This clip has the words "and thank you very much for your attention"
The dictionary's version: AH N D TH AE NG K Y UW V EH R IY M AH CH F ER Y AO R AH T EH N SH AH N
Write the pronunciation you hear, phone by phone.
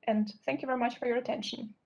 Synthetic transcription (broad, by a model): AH N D TH AE NG K Y UW V EH R IY M AH CH F ER Y AO R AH T EH N SH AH N